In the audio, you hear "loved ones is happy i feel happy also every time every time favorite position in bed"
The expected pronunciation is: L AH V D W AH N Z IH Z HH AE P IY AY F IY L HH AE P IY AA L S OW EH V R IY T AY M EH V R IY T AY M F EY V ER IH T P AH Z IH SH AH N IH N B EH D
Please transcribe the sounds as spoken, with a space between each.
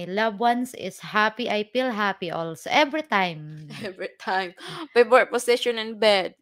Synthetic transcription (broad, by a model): L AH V W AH N S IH S HH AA P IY AY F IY L HH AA P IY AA L S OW EH V R IY T AY M EH V R IY T AY M P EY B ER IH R P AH S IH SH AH N IH N B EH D